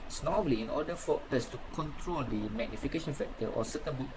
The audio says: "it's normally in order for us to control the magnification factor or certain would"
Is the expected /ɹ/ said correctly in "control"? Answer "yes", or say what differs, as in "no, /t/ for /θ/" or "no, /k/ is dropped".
yes